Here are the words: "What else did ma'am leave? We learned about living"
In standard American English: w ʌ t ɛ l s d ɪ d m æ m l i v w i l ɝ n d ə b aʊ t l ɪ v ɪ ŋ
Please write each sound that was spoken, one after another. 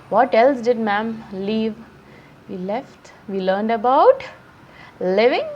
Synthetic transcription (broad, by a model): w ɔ t ɛ l s d ɪ d m æ m l i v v i l ɝ n d ə b aʊ t l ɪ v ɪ ŋ